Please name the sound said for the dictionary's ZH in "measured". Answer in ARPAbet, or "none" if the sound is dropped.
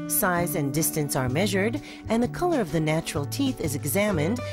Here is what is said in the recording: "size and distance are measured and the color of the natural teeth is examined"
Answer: ZH